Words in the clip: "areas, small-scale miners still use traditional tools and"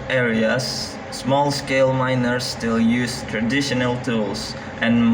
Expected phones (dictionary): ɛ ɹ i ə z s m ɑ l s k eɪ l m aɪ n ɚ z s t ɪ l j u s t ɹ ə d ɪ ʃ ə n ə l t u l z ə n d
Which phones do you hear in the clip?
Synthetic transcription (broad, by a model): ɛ ɹ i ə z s m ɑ l s k eɪ l m aɪ n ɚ s t ɪ l j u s t ɹ ə d ɪ ʃ ə n ə l t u l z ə n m